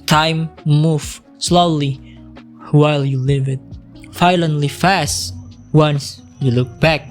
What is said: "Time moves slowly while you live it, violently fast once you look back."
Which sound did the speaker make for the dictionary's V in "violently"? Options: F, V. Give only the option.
F